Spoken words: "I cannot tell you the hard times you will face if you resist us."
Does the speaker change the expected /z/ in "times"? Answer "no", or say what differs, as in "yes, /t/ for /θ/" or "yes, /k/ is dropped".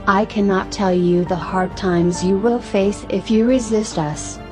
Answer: no